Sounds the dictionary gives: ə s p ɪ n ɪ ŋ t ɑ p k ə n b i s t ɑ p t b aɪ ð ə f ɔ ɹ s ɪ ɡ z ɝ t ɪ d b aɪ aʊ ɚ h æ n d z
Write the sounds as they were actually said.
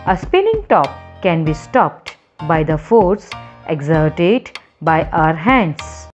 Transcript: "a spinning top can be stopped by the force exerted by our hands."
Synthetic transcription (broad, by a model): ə s p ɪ l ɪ ŋ t ɑ p k ə n b i s t ɑ p t b aɪ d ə f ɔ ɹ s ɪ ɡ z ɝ t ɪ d b aɪ aʊ ɚ h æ n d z